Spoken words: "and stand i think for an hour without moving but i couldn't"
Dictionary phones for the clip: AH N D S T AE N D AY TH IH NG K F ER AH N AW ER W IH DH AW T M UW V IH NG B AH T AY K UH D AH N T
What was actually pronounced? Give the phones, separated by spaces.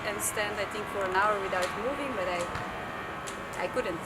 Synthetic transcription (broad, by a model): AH N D S T AE N D AY TH IH NG K F ER AH N AW ER W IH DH AW T M UW V IH NG B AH T AY K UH D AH N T